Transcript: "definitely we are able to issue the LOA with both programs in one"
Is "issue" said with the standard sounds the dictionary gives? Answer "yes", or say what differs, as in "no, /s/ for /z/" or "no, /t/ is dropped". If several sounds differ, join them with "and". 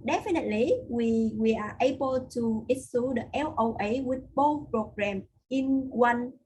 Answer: no, /s/ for /ʃ/